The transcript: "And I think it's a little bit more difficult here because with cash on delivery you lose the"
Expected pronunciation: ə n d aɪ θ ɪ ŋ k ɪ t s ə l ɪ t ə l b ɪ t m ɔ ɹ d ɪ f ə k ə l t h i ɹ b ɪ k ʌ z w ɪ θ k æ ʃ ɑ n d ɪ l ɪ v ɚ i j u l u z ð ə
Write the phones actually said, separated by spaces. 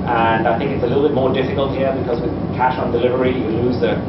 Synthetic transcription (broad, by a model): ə n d aɪ θ ɪ ŋ k ɪ t s ə l ɪ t l b ɪ t m ɔ ɹ d ɪ f ə k ə l t h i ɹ b ɪ k ʌ z w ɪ k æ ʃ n d ɪ l ɪ v ɚ i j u l u z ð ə